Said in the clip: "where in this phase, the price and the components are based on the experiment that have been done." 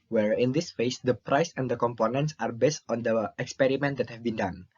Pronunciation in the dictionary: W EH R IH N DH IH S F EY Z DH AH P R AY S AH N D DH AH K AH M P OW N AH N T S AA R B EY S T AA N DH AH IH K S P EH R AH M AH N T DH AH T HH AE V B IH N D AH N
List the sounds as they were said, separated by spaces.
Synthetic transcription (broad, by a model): W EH R IH N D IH S F EY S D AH P R AY S AH N D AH K AH M P OW N AH N T S AA R B EY S T AA N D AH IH K S P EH R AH M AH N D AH T HH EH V B IH N D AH N